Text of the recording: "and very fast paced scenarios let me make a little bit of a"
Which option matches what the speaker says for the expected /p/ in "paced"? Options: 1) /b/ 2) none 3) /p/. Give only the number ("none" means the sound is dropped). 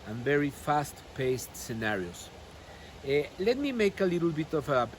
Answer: 3